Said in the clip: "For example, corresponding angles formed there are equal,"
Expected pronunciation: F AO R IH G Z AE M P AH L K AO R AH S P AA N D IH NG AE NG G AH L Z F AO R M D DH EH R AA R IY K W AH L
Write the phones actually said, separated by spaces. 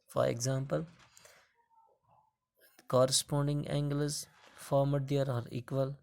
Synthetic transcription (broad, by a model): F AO R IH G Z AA M P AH L K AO R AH S P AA N D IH NG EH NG G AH Z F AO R M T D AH R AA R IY K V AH L